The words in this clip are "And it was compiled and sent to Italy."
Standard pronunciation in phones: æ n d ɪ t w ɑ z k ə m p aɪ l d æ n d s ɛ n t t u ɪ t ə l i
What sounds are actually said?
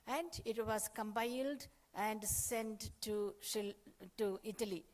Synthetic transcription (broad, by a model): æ n d ɪ t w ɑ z k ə m b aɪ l d æ n d s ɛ n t t u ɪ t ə l i